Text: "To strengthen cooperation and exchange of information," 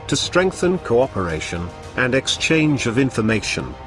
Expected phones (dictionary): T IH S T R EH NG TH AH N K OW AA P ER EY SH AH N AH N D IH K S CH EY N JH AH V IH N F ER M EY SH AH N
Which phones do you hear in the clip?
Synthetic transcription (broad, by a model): T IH S T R EH NG TH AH N K OW AA P ER EY SH AH N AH N IH K S CH EY N JH AH V IH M F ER M EY SH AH N